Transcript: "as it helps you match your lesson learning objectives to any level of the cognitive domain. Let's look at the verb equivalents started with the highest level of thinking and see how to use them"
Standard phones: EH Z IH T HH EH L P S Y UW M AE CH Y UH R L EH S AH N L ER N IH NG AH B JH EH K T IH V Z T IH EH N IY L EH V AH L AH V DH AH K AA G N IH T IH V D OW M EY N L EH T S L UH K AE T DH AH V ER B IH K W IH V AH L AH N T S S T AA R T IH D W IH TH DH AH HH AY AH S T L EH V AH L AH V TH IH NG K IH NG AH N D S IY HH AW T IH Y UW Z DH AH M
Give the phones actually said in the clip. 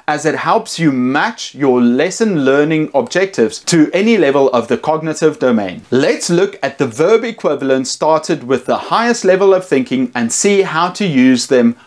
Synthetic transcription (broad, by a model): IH Z IH T HH EH L P S Y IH M AE CH Y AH R L EH S AH N L ER N IH NG AH B JH EH K T IH V Z T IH EH N IY L EH V AH L AH V DH AH K AA G N IH T IH V D OW M EY N L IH T S L UH K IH T DH AH V ER B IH K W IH V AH L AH N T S S T AA R T IH D W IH DH AH HH AY AH S T L EH V AH L AH V TH IH NG K IH NG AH N S IY HH AW T IH Y UW Z DH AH M